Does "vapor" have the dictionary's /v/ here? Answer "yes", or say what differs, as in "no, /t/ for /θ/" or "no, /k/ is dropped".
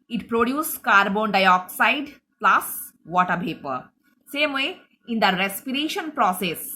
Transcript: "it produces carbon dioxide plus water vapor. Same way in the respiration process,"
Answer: no, /p/ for /v/